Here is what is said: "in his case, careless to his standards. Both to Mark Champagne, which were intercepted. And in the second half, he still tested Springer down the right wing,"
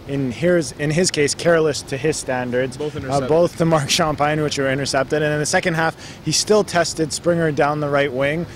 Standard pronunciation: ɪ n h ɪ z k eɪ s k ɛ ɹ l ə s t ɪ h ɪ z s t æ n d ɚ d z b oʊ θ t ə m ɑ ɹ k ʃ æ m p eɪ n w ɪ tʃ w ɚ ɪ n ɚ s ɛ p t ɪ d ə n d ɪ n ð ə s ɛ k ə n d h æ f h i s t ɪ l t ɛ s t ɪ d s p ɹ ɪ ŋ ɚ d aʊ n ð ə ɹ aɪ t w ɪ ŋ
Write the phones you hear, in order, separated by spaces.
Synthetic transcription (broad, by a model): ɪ n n ɪ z k eɪ s k ɛ ɹ l ə s t ɪ ɪ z s t æ n d ɚ d z b oʊ θ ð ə m ɑ ɹ k ʃ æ m p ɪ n w ɪ tʃ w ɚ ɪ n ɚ s ɛ p t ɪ d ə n ɪ n ð ə s ɛ k ə n d h æ f h i s t ɪ l t ɛ s t ɪ d s p ɹ ɪ ŋ ɚ d aʊ n ð ə ɹ aɪ t w ɪ ŋ